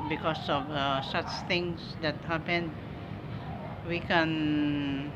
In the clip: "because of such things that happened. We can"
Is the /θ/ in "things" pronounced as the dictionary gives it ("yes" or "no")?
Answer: no